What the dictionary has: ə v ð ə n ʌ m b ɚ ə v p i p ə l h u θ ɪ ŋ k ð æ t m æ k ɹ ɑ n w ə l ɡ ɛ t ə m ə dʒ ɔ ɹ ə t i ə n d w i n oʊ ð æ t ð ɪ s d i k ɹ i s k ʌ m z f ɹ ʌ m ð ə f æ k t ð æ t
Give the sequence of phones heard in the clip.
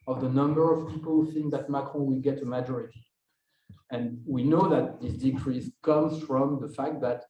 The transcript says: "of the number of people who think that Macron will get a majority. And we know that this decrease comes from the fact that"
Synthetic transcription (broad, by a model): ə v ð ə n ʌ m b ɚ ə v p i p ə l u θ ɪ ŋ k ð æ t m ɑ k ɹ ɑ w ə l ɡ ɛ t ə m ə dʒ ɔ ɹ ə t i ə n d w i n oʊ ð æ t ð ɪ s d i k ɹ i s k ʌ m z f ɹ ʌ m ð ə f æ k t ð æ t